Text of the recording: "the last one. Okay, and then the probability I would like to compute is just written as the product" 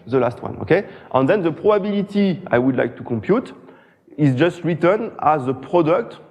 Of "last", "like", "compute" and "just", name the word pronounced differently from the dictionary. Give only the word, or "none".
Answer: none